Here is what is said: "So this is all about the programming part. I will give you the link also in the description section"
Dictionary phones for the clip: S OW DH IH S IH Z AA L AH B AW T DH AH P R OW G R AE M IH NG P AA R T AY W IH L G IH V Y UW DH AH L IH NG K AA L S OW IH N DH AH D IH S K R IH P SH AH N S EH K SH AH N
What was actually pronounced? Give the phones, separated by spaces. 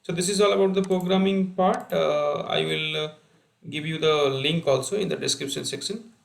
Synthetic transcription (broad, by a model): S OW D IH S IH Z AA L AH B AW T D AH P R OW G R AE M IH NG P AA R T AY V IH L G IH V Y UW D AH L IH NG K AA L S OW IH N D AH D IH S K R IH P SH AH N S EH K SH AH N